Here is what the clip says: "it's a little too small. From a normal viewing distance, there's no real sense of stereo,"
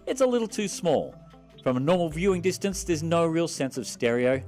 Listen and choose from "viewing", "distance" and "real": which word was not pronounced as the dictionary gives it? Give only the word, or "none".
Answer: none